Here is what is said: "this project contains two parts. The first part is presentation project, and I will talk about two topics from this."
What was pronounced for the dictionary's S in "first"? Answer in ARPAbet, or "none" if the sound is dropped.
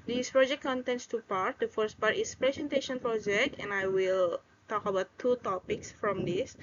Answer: S